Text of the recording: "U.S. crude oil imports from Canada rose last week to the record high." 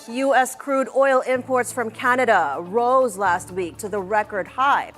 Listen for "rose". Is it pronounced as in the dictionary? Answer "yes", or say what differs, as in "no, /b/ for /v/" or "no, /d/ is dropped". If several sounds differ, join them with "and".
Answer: yes